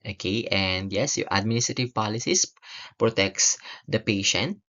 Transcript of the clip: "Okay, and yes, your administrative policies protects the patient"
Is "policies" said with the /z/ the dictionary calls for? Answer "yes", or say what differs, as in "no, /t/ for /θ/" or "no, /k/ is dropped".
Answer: no, /s/ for /z/